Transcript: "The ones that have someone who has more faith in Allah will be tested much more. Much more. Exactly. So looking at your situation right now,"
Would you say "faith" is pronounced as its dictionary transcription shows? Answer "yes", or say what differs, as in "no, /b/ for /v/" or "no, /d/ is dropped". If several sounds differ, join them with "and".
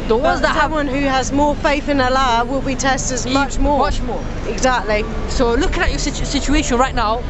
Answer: yes